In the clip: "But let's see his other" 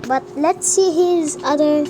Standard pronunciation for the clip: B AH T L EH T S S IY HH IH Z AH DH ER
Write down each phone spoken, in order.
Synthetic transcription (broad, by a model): B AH T L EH T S S IY HH IH Z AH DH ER